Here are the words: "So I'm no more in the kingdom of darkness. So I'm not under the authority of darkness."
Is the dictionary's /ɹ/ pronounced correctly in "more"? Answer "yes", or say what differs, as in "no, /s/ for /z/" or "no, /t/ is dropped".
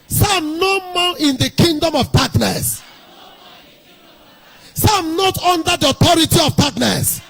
no, /l/ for /ɹ/